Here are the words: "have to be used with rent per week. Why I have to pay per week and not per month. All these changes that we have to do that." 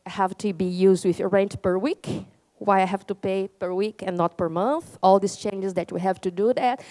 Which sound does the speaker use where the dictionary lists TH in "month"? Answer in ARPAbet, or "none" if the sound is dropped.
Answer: TH